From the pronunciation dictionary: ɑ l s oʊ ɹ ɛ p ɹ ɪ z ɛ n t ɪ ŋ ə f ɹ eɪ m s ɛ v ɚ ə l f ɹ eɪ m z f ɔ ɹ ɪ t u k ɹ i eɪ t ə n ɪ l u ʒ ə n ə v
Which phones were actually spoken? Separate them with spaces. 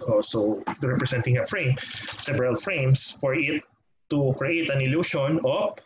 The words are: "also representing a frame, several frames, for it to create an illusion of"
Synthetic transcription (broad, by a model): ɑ l s oʊ ɹ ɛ p ɹ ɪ s ɛ n t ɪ ŋ ə f ɹ eɪ m s ɛ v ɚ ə l f ɹ eɪ m s f ɔ ɹ ɪ t u k ɹ i eɪ t ə n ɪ l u ʃ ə n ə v